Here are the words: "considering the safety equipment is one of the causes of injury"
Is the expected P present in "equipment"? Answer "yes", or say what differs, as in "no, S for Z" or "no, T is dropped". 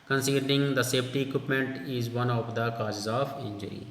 yes